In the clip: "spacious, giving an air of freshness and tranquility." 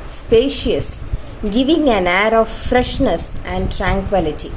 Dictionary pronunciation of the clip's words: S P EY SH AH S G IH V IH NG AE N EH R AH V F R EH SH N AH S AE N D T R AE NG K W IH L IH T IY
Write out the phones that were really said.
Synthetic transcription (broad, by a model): S P EY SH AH S G IH V IH NG AE N EH R AH V F R EH SH N AH S AE N D T R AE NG K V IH L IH T IY